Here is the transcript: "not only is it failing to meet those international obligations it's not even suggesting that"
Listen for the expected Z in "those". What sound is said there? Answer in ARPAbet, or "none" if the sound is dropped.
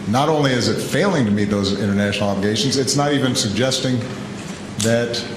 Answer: Z